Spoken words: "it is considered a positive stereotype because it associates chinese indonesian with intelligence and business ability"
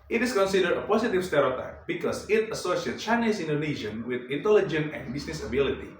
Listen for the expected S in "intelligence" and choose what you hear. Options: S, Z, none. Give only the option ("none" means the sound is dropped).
none